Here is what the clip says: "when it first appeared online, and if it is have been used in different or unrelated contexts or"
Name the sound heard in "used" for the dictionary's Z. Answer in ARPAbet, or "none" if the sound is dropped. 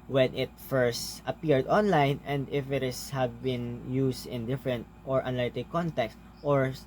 S